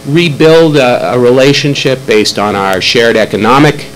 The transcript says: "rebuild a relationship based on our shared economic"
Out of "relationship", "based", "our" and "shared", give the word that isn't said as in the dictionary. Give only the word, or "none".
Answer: none